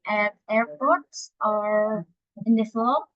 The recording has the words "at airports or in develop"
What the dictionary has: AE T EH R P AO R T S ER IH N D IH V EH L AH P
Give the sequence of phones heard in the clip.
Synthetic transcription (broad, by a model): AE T EH R P AO R T S ER IH N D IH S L